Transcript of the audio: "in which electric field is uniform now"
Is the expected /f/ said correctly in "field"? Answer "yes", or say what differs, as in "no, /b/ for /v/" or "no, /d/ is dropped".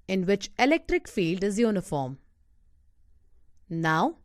yes